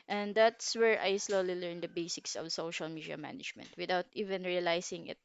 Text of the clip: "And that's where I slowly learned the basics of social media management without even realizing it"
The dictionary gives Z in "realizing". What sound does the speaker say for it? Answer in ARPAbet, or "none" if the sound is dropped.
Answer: S